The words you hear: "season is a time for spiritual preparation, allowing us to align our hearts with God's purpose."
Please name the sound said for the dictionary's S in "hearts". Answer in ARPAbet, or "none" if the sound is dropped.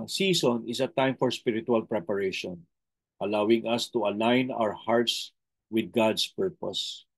S